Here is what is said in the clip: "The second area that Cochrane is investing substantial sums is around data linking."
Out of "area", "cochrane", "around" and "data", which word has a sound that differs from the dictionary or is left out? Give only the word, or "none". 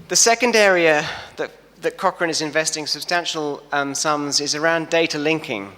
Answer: none